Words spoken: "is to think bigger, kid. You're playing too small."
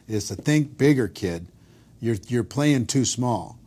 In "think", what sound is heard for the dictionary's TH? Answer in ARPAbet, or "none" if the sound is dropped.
TH